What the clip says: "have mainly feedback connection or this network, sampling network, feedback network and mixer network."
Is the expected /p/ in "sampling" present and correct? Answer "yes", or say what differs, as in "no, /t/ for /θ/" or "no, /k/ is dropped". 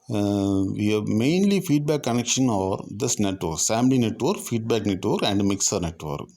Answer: no, /p/ is dropped